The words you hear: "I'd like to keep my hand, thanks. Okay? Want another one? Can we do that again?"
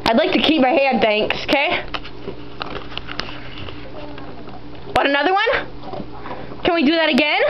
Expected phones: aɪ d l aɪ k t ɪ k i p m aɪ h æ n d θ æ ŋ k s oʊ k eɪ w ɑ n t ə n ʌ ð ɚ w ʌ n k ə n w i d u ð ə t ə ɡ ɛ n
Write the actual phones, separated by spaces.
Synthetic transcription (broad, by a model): aɪ d l aɪ k t ɪ k i p m aɪ h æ d θ æ ŋ k s oʊ k eɪ w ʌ t ə n ʌ ð ɚ w ʌ n k ə n w i d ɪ ð ə t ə ɡ ɛ n